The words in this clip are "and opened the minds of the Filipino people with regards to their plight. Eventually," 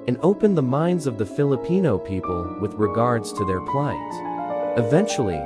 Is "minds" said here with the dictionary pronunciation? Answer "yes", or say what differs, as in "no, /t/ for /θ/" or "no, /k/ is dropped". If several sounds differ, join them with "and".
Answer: yes